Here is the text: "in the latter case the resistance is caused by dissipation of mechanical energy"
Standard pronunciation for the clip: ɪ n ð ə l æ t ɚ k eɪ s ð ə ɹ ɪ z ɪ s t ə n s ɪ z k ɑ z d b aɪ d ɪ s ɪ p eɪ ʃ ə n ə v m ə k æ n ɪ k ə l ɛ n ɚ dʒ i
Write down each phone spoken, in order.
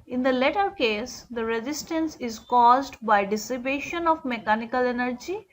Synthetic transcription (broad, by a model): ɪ n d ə l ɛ t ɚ k eɪ s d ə ɹ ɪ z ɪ s t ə n s ɪ z k ɑ z d b aɪ d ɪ s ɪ b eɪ ʃ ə n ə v m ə k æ n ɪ k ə l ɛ n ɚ dʒ i